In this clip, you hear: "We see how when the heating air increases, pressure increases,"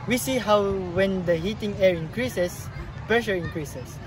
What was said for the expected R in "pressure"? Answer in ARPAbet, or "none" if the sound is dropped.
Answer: none